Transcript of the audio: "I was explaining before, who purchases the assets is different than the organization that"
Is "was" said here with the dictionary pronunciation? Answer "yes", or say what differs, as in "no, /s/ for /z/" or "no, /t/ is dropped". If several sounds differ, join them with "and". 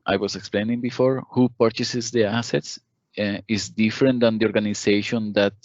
no, /s/ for /z/